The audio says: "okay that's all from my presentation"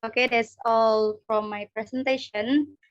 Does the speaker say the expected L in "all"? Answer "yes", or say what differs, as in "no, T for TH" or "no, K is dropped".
yes